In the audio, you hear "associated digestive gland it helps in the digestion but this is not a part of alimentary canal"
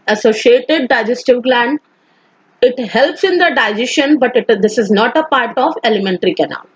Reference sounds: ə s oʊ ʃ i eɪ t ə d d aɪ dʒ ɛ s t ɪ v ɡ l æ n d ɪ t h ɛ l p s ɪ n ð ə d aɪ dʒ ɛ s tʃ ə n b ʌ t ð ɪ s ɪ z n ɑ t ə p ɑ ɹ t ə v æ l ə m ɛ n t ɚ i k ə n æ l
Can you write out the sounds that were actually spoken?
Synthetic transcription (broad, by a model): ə s oʊ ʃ i eɪ t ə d d aɪ dʒ ɛ s t ɪ v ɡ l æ n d ɪ t h ɛ l p s ɪ n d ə d aɪ dʒ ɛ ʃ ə n b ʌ t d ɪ s ɪ z n ɑ t ə p ɑ ɹ t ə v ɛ l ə m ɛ n t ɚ i k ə n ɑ l